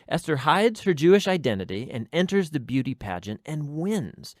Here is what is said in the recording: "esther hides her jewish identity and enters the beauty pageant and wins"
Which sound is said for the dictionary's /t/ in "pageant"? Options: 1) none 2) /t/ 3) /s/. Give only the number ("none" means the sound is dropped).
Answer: 2